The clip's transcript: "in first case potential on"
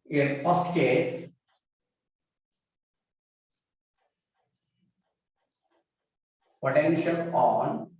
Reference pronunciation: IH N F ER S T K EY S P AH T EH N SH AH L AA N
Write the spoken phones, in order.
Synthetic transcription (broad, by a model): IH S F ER S T K EY S P AH T EH N SH AH L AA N